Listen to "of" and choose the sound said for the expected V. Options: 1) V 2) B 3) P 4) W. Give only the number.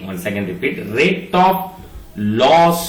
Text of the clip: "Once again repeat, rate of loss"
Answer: 3